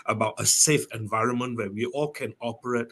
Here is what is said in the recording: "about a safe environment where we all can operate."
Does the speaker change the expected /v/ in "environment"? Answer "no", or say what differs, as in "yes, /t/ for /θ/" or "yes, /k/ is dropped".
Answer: no